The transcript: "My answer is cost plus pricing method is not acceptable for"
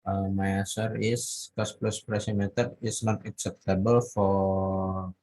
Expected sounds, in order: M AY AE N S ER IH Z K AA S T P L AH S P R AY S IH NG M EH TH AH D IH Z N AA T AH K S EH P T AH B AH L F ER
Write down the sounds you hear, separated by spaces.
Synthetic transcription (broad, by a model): M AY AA S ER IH S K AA S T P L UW S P R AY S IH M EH T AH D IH S N AA T AH K S EH P T AH B AH L F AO